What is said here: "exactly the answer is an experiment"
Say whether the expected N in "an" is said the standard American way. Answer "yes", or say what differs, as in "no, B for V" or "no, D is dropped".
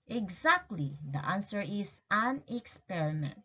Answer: yes